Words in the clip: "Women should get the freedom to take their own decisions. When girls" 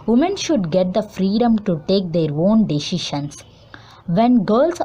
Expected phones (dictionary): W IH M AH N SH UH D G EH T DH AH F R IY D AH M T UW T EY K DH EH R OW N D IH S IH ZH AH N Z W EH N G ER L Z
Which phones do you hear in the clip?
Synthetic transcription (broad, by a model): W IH M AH N SH UH D G EH T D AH F R IY D AH M T UW T EY K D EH R OW N D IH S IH SH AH N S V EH N G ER L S